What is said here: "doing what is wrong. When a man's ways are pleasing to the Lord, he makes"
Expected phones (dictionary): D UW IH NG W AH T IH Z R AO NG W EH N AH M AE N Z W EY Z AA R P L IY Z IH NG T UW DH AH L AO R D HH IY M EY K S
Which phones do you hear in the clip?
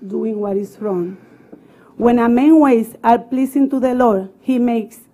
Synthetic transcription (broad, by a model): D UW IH NG W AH T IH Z R AO NG W EH N AH M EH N W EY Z AA R P L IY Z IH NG T UW DH AH L AO R D HH IY M EY K S